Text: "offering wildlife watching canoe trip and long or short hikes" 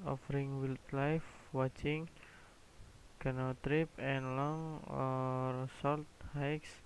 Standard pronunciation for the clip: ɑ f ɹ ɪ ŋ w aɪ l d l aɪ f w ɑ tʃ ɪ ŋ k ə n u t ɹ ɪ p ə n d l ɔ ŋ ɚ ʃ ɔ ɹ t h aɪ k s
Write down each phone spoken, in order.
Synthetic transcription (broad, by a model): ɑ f ɹ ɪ ŋ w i l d l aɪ f w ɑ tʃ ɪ ŋ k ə n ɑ t ɹ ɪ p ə n l ɔ ŋ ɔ s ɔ l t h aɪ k s